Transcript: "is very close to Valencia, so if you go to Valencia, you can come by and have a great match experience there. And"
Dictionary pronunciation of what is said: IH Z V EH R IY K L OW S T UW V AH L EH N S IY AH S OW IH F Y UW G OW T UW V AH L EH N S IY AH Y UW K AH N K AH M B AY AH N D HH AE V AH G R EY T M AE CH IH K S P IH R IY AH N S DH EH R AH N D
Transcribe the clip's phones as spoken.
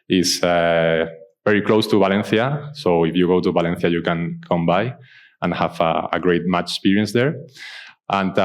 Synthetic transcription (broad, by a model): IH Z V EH R IY K L OW S T UW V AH L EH N TH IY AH S OW IH F Y UW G OW T UW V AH L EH N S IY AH Y UW K AH N K AH M B AY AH N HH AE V AH G R EY T M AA CH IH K S P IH R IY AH N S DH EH R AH N